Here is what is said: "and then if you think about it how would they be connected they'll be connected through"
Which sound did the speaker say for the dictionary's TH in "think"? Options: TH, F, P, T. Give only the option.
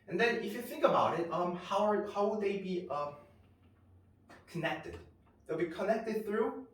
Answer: TH